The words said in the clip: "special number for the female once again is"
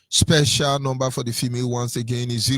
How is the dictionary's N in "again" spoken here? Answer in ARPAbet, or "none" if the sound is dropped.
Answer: N